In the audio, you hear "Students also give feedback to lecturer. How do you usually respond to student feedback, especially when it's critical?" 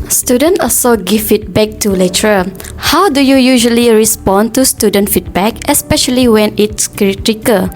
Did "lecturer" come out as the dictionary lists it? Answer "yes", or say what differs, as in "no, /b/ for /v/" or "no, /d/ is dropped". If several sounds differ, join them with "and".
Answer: no, /k/ is dropped